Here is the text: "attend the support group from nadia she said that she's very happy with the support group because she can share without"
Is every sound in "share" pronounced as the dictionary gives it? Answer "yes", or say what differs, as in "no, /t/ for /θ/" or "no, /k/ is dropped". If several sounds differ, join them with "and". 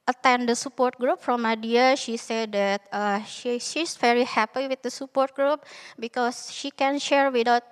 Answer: yes